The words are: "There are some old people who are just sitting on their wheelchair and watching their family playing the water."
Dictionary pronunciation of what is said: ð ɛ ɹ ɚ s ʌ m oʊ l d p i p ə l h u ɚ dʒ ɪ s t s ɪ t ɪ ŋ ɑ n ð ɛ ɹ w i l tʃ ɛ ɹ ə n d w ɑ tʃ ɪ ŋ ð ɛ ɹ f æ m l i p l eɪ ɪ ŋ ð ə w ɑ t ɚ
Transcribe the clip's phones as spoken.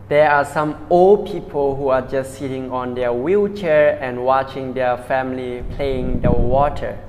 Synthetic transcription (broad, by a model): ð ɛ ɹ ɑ s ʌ m oʊ l d p i p ə l h u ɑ dʒ ɪ s t s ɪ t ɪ ŋ ɑ n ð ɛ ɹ w i l tʃ ɛ ɹ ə n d w ɑ tʃ ɪ ŋ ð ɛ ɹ f æ m l i p l eɪ ɪ ŋ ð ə w ɑ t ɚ